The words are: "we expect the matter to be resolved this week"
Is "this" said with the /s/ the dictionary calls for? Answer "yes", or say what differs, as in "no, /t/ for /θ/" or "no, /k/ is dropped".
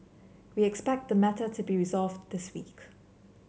yes